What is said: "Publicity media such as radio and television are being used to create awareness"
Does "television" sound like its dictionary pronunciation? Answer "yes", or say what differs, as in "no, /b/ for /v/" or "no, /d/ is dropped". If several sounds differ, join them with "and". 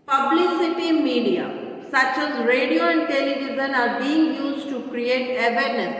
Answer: no, /z/ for /ʒ/